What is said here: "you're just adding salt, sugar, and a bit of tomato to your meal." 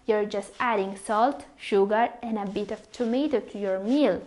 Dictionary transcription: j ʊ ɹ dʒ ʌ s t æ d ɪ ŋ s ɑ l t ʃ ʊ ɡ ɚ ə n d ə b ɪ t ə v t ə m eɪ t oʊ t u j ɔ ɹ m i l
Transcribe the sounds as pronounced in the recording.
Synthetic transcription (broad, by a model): j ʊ ɹ dʒ ʌ s t æ d ɪ ŋ s ɑ l t ʃ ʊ ɡ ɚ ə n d ə b ɪ t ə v t ə m eɪ t oʊ t u j ɔ ɹ m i l